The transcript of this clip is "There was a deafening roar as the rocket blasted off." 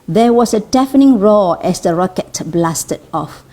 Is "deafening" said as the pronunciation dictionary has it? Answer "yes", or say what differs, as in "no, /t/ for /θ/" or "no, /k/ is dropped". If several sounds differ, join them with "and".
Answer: yes